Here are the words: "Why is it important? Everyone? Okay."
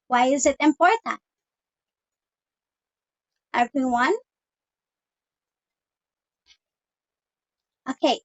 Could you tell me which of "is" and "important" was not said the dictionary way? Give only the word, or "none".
none